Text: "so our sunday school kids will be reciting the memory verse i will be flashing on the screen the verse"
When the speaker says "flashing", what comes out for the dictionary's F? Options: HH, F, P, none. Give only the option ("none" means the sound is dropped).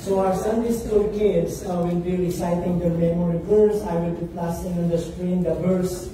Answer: P